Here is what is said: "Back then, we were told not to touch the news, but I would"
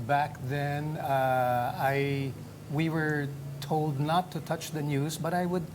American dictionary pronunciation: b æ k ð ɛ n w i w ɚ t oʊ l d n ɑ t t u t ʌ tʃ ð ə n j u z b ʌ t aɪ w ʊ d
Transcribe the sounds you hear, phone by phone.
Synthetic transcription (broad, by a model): b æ k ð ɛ n w i w ɚ t oʊ l d n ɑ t t u t ʌ tʃ ð ə n j u z b ʌ t aɪ w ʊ d